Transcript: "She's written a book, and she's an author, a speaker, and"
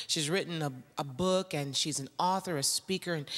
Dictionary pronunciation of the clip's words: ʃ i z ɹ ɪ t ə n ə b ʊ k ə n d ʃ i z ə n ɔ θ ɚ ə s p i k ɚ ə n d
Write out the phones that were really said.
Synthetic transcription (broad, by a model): ʃ i z ɹ ɪ t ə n ə b ʊ k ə n ʃ i z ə n ɔ θ ɚ ə s p i k ɚ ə n